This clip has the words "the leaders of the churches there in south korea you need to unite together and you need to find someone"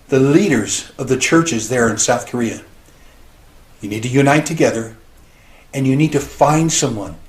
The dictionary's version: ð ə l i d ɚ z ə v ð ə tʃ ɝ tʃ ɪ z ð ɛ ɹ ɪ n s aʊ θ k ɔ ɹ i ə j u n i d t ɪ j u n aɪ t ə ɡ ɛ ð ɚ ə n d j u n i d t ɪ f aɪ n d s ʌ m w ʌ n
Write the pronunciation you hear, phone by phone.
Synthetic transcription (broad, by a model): ð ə l i d ɚ z ə v ð ə tʃ ɝ tʃ ɪ z ð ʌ ɹ ɪ n s aʊ θ k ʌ ɹ i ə j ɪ n i d t ɪ j u n aɪ t ə ɡ ɛ ð ɚ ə n j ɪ n i d t ɪ f aɪ n d s ʌ m w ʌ n